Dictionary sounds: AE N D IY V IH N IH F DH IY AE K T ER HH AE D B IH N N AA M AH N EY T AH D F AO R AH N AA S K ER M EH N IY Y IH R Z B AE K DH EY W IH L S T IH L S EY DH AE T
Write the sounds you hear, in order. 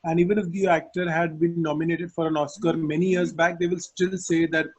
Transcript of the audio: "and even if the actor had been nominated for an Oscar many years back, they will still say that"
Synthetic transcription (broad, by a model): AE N D IY V IH N IH F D IY AE K T ER HH AE D B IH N N AA M AH N EY T AH D F AO R AH N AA S K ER M EH N IY Y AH R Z B AE K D EY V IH L S T IH L S EY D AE T